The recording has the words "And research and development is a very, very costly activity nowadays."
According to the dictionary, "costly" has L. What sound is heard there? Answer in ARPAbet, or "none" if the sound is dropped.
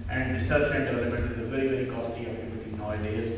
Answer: none